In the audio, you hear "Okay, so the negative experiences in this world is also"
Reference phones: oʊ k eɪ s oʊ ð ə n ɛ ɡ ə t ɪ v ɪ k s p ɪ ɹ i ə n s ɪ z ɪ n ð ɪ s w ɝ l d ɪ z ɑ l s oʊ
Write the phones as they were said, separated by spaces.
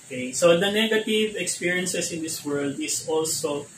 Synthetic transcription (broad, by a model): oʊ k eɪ s oʊ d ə n ɛ ɡ ə t ɪ v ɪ k s p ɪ ɹ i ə n s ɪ s ɪ n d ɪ s w ɝ l d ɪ s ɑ l s oʊ